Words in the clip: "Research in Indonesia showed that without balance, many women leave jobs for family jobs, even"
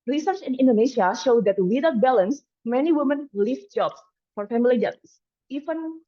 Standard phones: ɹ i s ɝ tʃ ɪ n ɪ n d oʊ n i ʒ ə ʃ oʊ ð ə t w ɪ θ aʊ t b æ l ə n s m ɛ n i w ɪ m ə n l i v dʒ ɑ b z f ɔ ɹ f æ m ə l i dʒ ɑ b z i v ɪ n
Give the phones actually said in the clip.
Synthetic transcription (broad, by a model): ɹ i s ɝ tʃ ɪ n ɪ n d oʊ n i ʃ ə ʃ oʊ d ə t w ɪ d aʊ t b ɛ l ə n s m ɛ n i w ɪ m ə n l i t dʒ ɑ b s f ɔ ɹ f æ m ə l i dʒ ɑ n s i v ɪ n